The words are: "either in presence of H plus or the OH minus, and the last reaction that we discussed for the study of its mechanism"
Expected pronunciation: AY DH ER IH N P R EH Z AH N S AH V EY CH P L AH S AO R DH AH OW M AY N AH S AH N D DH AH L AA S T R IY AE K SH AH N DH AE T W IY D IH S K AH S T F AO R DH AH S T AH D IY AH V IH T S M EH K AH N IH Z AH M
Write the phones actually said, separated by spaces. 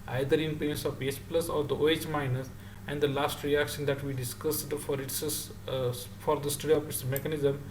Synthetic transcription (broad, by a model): AY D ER IH N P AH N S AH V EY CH P L AH S AO R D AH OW M AY N AH S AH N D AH L AA S T R IY AE K SH AH N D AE T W IY D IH S K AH S T F AO R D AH S T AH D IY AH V IH T S M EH K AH N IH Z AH M